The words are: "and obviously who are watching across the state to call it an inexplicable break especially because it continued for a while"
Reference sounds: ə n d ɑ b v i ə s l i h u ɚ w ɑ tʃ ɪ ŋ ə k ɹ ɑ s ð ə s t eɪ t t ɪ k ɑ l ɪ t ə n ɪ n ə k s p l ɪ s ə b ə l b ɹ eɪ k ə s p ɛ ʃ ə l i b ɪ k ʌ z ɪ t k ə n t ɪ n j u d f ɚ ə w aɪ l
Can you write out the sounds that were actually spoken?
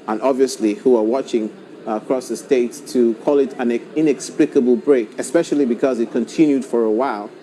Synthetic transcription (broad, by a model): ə n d ɑ b v i ə s l i h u ɚ w ɑ tʃ ɪ ŋ ə k ɹ ɑ s ð ə s t eɪ t t ɪ k ɑ l ɪ t ə n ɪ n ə k s p l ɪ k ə b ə l b ɹ eɪ k ə s p ɛ ʃ ə l i b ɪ k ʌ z ɪ t k ə n t ɪ n j u d f ɚ ə w aɪ l